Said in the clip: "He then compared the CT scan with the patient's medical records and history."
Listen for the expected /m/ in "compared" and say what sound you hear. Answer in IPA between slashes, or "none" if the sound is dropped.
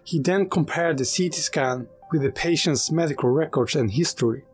/m/